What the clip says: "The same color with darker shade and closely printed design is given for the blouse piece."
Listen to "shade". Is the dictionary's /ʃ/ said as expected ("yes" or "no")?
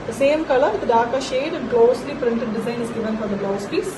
yes